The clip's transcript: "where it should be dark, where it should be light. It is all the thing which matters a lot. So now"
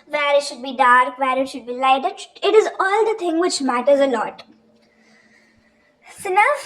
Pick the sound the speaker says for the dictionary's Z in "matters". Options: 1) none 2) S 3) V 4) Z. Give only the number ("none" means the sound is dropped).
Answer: 4